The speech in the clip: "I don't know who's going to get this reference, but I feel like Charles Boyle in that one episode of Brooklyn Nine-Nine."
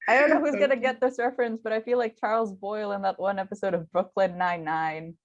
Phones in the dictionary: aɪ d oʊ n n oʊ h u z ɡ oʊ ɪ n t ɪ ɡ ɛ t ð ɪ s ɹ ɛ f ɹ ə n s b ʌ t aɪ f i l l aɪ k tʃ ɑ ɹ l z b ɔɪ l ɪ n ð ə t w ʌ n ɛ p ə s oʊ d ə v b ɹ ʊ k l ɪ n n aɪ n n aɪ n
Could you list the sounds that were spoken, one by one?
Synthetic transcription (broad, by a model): aɪ d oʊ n n oʊ h u z ɡ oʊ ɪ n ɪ ɡ ɛ t ð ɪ s ɹ f ɹ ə n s b ʌ t aɪ f i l l aɪ k tʃ ɑ ɹ l z b ɔɪ l ɪ n ð ə t w ʌ n ɛ p ə s oʊ d ə v b ɹ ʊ k l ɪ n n aɪ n n aɪ n